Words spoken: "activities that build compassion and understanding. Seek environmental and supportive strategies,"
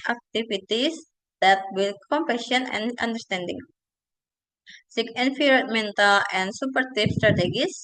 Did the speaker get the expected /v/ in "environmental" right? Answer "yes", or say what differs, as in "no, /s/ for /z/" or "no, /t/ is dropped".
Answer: no, /f/ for /v/